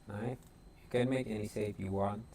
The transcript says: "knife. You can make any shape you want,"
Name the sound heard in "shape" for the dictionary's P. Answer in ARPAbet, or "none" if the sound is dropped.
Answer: F